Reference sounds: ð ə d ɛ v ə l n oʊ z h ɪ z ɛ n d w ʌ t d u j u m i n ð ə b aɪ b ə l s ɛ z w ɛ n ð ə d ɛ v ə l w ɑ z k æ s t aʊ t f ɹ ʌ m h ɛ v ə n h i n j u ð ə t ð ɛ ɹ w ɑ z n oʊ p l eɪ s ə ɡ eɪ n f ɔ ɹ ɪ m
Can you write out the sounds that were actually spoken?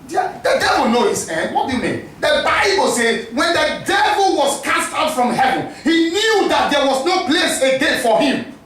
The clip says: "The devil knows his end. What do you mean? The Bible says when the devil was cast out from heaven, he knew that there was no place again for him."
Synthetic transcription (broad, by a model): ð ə d ɛ v ə l n oʊ h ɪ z ɛ n d w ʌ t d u j u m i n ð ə b aɪ b ə l s ɛ z w ɛ n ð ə d ɛ v ə l w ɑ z k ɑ s t aʊ t f ɹ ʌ m h ɛ v ə n h i n j u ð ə t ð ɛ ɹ w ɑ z n oʊ p l eɪ s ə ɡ eɪ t f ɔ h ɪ m